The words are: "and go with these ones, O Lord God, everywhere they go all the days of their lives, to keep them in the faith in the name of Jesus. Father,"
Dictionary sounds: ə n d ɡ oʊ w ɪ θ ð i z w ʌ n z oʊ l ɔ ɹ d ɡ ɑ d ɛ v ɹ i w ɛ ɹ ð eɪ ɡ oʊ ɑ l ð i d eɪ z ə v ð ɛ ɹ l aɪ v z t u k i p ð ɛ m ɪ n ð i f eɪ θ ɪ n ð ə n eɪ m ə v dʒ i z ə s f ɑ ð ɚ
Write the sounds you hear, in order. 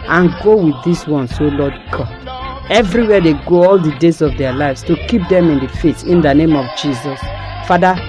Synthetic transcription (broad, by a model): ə n ɡ oʊ w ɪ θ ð i s w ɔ n s oʊ l ɔ d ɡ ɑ ɛ v ɹ i w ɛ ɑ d eɪ ɡ oʊ ɑ l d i d eɪ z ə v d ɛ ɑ l aɪ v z t u k i p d ɛ m ɪ n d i f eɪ t ɪ n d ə n eɪ m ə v dʒ i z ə s f ɑ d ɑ